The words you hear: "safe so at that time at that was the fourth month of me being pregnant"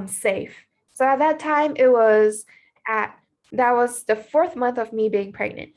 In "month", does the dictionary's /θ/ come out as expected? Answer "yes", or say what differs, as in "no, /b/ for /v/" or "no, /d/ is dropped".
yes